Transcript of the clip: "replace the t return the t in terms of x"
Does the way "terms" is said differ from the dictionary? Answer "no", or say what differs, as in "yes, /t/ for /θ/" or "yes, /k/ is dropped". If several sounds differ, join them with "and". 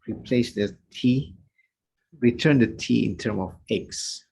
yes, /z/ is dropped